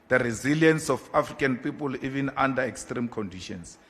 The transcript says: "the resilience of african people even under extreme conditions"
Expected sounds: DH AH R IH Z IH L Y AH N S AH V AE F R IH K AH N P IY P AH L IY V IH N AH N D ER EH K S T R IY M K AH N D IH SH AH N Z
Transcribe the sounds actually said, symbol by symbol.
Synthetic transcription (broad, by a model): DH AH R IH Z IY L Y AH N S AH F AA F R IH K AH N P IY P AH L IY V IH N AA N D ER EH K S T R IY M K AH N D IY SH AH N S